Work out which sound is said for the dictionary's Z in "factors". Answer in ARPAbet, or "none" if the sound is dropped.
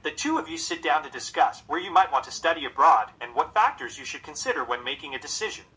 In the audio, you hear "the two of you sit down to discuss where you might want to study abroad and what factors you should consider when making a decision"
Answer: Z